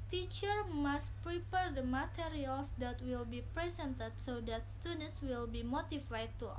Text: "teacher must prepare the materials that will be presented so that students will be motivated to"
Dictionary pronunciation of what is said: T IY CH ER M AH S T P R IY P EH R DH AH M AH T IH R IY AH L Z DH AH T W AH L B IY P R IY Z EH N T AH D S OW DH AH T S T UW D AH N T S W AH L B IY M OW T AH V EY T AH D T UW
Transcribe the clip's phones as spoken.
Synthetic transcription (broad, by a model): T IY CH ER M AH S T P R IY P EH R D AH M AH T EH R IY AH L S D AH T W AH L B IY P R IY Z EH N T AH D S OW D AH T S T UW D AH N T S W AH L B IY M OW T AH F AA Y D T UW